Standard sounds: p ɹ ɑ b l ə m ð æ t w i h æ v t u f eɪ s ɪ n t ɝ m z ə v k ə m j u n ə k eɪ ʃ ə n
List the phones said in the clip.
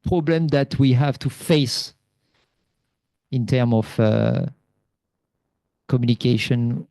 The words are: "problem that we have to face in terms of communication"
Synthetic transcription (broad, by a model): p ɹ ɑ b l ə m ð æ t w i h æ v t u f eɪ s ɪ n t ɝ m ə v k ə m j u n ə k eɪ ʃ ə n